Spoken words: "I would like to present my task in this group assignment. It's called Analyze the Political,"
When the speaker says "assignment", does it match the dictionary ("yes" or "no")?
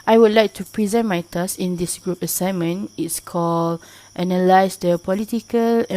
no